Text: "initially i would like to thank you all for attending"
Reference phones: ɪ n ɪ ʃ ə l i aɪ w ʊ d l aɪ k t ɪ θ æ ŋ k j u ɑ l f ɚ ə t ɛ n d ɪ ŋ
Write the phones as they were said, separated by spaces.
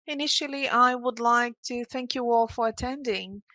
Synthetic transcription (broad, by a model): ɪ n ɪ ʃ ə l i aɪ w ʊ d l aɪ k t ɪ θ æ ŋ k j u ɑ l f ɚ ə t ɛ n d ɪ ŋ